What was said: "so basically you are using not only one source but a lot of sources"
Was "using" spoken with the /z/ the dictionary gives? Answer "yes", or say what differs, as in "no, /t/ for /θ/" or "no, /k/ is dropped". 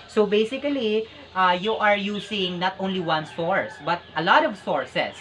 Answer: no, /s/ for /z/